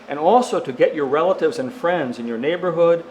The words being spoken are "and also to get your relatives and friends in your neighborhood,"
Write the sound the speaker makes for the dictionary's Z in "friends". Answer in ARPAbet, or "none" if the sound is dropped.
Z